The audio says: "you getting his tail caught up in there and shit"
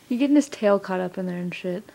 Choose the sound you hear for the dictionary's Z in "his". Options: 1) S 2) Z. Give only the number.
1